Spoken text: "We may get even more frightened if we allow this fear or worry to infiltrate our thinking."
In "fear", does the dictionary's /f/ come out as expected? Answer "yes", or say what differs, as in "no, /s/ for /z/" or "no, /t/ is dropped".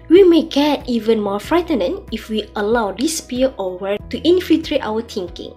no, /p/ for /f/